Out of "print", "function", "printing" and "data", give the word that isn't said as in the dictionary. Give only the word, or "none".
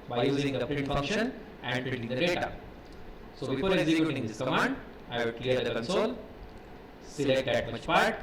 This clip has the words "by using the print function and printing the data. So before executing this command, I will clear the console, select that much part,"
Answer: printing